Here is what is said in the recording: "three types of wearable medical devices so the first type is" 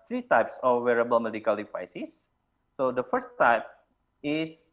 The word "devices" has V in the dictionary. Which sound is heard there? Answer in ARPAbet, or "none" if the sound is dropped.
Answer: P